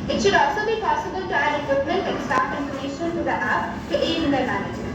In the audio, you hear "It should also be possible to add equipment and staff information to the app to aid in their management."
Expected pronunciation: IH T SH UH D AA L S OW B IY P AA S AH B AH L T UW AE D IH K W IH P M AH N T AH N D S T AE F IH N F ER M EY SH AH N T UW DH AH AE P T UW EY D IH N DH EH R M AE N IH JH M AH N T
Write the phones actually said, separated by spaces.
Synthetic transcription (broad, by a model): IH T SH UH D AA L S OW B IY P AA S AH B AH L T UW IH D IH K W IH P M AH N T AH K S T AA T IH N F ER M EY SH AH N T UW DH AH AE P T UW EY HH IH N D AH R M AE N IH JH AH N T